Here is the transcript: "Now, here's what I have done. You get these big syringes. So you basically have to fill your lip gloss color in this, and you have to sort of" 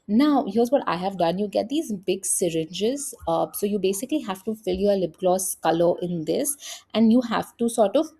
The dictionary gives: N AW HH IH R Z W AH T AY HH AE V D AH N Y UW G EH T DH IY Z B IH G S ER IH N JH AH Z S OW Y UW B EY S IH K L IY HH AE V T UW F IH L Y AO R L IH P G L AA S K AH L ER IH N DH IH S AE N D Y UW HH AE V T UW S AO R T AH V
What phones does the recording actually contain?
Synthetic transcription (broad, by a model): N AW HH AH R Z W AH T AY HH AE V D AH N Y UW G EH T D IY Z B IH G S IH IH N JH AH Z S OW Y UW B EY S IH K L IY HH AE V T UW F IH L Y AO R L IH B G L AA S K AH L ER IH N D IH S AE N D Y UW HH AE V T UW S AO R T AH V